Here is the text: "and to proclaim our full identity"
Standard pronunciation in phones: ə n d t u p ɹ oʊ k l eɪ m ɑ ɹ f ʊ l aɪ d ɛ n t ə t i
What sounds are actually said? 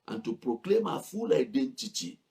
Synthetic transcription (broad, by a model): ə n t u p ɹ oʊ k l eɪ m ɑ f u l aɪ d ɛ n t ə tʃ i